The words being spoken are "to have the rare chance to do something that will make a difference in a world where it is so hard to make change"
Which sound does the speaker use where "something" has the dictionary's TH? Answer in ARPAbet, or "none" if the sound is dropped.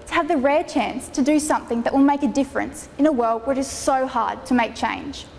TH